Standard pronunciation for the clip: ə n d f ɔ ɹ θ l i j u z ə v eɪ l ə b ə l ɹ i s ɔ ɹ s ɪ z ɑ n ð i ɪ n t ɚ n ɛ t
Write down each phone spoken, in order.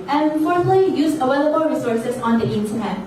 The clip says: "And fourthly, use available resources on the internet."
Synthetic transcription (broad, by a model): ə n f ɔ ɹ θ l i j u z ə w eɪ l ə b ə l ɹ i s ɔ ɹ s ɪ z ɑ n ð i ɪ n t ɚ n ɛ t